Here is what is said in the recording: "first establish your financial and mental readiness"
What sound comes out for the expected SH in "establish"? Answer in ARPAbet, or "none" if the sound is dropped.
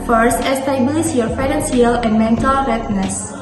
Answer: S